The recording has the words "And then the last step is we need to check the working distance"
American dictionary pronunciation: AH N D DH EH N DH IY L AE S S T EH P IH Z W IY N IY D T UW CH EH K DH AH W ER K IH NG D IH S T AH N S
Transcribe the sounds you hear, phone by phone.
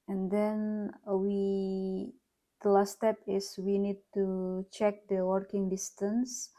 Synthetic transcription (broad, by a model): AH N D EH N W IY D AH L S T EH P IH S W IY N IY D T UW CH EH K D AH W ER K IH NG D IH S T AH N S